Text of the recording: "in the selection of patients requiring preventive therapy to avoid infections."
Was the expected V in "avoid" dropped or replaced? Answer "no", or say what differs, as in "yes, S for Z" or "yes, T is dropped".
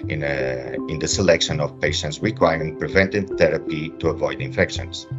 no